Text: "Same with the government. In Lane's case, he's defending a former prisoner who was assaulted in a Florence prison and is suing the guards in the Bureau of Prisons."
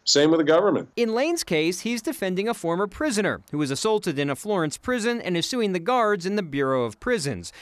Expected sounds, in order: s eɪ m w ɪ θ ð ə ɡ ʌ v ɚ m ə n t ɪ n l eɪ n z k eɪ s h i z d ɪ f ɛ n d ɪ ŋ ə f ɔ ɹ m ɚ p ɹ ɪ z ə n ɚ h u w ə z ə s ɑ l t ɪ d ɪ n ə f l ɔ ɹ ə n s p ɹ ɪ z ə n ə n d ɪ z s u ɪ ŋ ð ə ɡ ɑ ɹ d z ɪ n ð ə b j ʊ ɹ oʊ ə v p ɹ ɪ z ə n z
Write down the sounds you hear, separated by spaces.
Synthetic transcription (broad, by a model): s eɪ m w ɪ ð ə ɡ ʌ v ɚ m ə n t ɪ n l eɪ n z k eɪ s h i z d ɪ f ɛ n d ɪ ŋ ə f ɔ ɹ m ɚ p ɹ ɪ z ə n ɚ h u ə z ə s ɑ l t ɪ d ɪ n ə f l ɔ ɹ ə n s p ɹ ɪ z ə n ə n ɪ z s u ɪ ŋ ð ə ɡ ɑ ɹ d z ɪ n ð ə b j ʊ ɹ oʊ ə v p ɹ ɪ z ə n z